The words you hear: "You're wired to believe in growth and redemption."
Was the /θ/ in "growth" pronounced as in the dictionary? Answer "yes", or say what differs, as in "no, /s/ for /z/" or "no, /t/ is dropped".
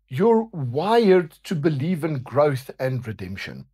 yes